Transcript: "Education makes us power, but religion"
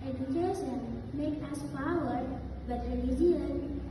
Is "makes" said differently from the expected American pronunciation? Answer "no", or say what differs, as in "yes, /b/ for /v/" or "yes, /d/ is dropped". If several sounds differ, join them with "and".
yes, /s/ is dropped